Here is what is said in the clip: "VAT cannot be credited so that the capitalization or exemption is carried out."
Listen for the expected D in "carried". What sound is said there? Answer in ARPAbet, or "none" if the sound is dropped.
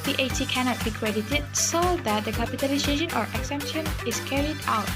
D